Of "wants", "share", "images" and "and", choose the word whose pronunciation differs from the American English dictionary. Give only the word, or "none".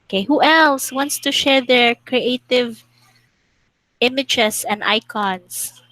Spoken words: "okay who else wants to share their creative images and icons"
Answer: images